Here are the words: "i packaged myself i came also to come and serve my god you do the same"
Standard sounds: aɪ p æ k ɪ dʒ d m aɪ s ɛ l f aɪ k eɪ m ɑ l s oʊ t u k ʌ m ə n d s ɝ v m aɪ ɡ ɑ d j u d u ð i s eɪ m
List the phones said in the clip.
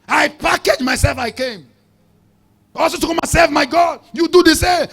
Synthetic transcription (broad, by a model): aɪ p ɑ k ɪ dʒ m aɪ s ɛ l f aɪ k eɪ m ɑ l s oʊ t u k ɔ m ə s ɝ f m aɪ ɡ ɑ d j u d u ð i s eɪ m